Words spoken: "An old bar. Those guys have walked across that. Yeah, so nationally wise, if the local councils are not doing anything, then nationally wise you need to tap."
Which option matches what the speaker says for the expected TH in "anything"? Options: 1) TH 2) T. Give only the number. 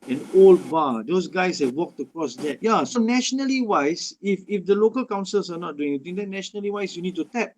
2